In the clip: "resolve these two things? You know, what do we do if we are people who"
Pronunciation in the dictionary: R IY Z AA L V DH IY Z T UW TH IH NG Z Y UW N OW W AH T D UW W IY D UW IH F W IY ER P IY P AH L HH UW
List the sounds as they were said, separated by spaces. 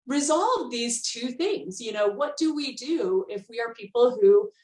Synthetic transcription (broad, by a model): R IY Z AA L V DH IY Z T UW TH IH NG Z Y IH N OW W AH T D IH W IY D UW IH F W IY ER P IY P L HH UW